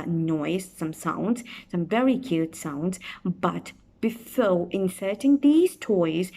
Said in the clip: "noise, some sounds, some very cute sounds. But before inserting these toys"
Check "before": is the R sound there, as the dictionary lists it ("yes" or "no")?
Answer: no